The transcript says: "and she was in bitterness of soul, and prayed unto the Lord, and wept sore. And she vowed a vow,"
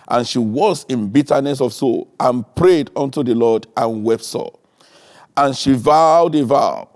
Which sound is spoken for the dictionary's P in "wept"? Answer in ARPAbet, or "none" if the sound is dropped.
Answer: P